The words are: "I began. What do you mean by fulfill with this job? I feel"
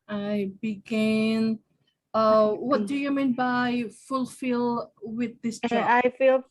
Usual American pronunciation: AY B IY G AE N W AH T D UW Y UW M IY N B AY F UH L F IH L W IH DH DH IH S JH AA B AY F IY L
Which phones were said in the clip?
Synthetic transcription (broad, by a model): AY B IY G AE N W AH T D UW Y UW M IY N B AY F UH L F IH L W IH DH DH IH S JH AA AY F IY L